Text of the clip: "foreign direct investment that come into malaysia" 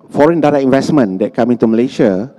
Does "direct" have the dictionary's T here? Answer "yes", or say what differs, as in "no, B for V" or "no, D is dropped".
no, T is dropped